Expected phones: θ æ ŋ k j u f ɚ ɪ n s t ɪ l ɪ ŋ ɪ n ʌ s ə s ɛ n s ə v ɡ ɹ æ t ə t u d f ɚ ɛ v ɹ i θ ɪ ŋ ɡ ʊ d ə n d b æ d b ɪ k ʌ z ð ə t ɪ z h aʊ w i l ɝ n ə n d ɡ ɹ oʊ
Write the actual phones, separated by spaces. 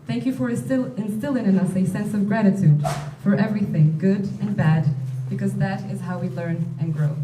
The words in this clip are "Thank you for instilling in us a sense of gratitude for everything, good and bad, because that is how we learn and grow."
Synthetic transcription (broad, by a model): θ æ ŋ k j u f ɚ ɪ n s t ɪ l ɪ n ɪ n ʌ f ə s ɛ n s ə v ɡ ɹ æ t ə t u d f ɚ ɛ v ɹ i θ ɪ ŋ ɡ ʊ d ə n b æ d b ɪ k ʌ z ð ə t ɪ z h aʊ w i l ɝ n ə n ɡ ɹ oʊ